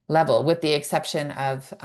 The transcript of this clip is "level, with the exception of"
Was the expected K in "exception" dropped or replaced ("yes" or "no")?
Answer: no